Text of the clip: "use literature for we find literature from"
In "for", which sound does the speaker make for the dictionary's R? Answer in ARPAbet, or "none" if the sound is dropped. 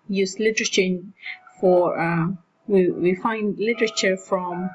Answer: W